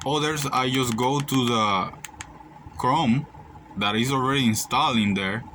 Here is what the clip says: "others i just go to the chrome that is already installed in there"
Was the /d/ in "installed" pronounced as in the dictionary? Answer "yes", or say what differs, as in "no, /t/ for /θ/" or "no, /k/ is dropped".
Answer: no, /d/ is dropped